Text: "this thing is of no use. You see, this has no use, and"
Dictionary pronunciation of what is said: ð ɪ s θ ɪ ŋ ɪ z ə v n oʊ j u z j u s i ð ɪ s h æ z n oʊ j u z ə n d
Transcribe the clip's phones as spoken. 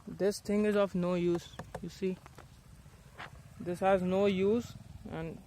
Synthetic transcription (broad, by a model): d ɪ s t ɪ ŋ ɪ z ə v n oʊ j u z j u s i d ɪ s h æ z n oʊ j u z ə n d